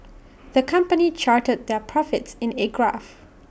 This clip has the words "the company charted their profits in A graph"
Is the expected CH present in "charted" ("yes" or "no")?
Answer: yes